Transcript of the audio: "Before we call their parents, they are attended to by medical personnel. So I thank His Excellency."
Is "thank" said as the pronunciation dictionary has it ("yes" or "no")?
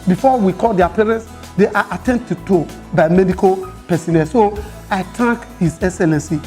no